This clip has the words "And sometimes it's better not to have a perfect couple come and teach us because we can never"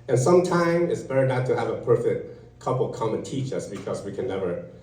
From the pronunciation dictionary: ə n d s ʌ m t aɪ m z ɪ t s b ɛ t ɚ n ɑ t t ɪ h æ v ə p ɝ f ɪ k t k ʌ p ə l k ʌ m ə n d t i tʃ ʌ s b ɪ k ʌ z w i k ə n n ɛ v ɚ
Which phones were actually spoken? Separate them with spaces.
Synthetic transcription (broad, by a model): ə n s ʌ m t aɪ m ɪ t s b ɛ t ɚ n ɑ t t ɪ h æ v ə p ɝ f ɪ k t k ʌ p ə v k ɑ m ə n t i tʃ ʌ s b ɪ k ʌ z w i k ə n n ɛ v ɚ